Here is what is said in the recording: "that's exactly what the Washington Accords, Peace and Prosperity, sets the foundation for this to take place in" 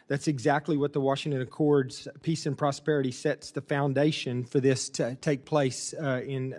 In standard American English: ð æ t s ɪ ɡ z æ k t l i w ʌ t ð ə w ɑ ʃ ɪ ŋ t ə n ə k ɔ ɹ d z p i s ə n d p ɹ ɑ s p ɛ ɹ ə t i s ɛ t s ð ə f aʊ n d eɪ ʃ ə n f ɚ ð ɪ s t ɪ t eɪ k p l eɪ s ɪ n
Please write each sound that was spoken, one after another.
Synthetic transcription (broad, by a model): ð æ t s ɪ ɡ z æ k t l i w ʌ t ð ə w ɑ ʃ ɪ ŋ t ə n ə k ɔ ɹ d z p i s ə n p ɹ ɑ s p ɛ ɹ ə t i s ɛ t s ð ə f aʊ n d eɪ ʃ ə n f ɚ ð ɪ s t ɪ t eɪ k p l eɪ s ɪ n